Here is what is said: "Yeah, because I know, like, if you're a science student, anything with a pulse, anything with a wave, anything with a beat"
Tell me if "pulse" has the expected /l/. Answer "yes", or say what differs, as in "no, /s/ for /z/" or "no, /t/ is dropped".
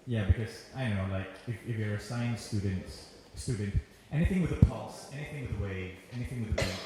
yes